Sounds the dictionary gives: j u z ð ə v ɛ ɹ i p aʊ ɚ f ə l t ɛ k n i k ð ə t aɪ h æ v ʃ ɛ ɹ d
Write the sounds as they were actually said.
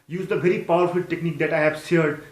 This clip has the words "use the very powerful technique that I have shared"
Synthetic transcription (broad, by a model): j u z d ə v ɛ ɹ i p aʊ ɚ f ə l t ɛ k n i k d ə t aɪ h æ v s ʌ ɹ d